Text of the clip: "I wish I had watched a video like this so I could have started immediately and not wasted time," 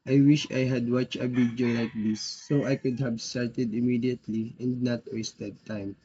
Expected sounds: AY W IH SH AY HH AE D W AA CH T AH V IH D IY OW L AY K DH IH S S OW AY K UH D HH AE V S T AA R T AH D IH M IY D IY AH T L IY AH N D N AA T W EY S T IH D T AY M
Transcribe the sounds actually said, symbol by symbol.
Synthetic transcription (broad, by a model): AY W IH SH AY HH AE D W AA CH AH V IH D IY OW L AY K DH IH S S OW AY K UH D HH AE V S T AA R T AH D IH M IY D IY AH T L IY AH N D N AA T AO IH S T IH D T AY M